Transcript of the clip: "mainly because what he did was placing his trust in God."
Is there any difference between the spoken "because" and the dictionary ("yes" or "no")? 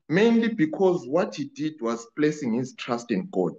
no